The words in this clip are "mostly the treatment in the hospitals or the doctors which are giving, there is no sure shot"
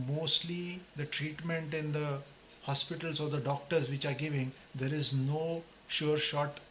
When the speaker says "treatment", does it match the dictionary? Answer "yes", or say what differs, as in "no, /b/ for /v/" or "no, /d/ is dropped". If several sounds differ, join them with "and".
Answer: yes